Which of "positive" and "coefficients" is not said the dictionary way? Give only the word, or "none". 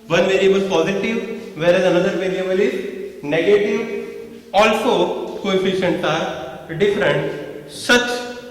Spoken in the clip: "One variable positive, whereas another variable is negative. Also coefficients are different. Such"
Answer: coefficients